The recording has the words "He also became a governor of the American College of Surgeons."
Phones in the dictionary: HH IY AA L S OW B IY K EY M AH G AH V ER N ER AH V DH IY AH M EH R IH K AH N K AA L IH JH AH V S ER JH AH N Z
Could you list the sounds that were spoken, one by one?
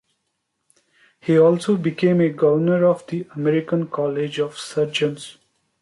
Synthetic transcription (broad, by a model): HH IY AA L S OW B IY K EY M AH G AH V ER N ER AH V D IY AH M EH R IH K AH N K AA L IH JH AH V S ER JH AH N S